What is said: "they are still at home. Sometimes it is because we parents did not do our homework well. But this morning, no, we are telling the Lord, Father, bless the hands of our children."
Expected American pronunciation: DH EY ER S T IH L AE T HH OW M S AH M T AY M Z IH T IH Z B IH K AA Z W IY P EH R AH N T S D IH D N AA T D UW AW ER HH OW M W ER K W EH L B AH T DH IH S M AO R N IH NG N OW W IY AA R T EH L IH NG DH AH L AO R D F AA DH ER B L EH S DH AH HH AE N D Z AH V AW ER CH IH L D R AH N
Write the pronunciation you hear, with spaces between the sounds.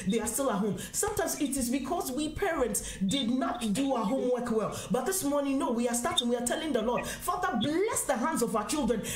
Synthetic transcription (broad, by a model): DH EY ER S T IH L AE T HH OW M S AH M T AY M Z IH T IH Z B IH K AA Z W IY P EH R AH N T S D IH D N AA T D UW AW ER HH OW M W ER K W EH L B AH T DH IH S M AO R N IH NG N OW W IY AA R T EH L IH NG DH AH L AO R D F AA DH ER B L EH S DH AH HH AE N D Z AH V AW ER CH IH L D R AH N